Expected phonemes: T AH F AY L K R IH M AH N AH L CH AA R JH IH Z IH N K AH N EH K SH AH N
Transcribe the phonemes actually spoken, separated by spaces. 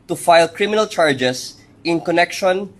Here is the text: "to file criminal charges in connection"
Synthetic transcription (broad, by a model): T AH F AY L K R IH M AH N AH L CH AA R JH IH S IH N K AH N EH K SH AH N